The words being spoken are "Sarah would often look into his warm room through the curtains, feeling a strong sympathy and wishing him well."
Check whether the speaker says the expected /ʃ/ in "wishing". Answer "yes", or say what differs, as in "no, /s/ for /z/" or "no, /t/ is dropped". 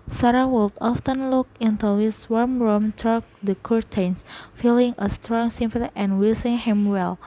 no, /s/ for /ʃ/